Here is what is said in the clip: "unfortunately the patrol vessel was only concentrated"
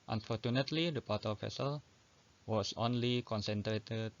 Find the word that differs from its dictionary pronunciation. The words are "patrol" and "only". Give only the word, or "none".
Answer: patrol